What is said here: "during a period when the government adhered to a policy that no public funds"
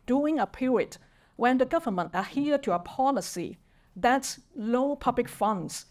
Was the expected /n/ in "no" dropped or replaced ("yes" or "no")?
yes